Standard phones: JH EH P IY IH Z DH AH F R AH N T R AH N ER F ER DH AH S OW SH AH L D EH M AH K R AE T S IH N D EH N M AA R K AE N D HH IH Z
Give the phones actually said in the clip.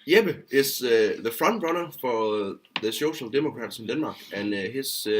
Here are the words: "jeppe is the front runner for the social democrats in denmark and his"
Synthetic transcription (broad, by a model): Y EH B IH S DH AH F R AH N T R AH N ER F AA DH AH S OW SH AH L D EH M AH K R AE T S IH N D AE N M AA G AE N HH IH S